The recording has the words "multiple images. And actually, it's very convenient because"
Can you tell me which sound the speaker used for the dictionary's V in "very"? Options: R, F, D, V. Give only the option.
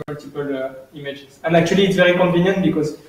V